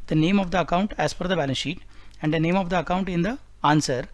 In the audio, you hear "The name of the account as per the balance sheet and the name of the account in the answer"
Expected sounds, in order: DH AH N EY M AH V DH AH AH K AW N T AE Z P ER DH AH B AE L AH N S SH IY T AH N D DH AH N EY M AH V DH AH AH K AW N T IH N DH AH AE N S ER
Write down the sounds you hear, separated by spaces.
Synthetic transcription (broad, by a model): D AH N EY M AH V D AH AH K AW N T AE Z F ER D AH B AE L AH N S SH IY T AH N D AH N EY M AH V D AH AH K AW N T IH N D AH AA N S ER